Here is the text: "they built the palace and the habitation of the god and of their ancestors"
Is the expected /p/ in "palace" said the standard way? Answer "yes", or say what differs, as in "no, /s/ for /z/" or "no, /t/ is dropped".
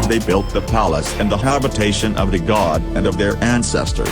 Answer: yes